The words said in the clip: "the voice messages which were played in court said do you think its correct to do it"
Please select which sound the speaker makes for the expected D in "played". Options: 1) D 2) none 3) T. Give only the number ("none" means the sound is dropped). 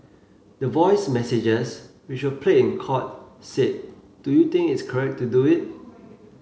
2